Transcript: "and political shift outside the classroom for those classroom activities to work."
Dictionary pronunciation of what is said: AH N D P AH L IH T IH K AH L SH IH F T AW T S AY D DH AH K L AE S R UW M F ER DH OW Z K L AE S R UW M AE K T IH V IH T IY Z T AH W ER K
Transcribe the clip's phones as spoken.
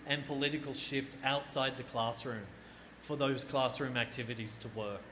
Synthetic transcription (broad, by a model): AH N P AH L IH T IH K AH L SH IH F T AW T S AY D DH AH K L AE S R UW M F ER DH OW Z K L AE S R UW M AE K T IH V IH T IY Z T AH W ER K